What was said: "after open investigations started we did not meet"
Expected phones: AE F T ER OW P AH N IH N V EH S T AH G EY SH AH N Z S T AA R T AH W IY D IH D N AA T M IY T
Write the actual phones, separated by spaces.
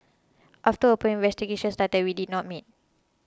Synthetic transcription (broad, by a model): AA F T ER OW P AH IH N V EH S T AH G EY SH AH N S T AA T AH W IY D IH D N AA T M IY T